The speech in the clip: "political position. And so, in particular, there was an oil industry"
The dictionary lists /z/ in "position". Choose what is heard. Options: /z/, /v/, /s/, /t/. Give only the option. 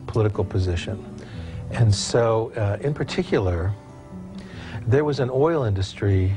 /z/